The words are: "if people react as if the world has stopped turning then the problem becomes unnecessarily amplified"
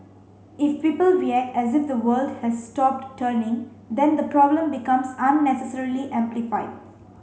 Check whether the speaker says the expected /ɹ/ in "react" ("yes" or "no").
no